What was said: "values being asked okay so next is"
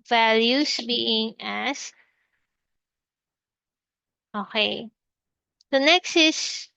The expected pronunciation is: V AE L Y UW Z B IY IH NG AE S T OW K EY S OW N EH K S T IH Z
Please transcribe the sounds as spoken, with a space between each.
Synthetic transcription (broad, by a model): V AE L Y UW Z B IY IH NG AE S OW K EY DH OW N EH K S T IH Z